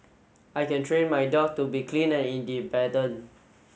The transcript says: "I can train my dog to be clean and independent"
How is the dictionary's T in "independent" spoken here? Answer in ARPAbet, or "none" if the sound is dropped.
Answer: none